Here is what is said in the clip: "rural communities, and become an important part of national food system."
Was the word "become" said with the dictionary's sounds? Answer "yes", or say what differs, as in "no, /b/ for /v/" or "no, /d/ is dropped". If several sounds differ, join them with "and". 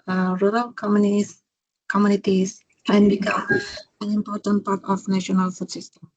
no, /m/ is dropped